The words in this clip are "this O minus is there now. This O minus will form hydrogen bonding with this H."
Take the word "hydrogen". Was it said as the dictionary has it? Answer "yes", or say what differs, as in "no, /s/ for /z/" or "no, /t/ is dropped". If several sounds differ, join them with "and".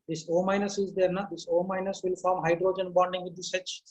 yes